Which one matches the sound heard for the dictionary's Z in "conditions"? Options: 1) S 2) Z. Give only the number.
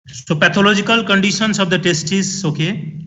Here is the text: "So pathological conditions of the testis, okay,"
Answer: 1